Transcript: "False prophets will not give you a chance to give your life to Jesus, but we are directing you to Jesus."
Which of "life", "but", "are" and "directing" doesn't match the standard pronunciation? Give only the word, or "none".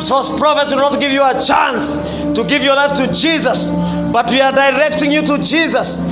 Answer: none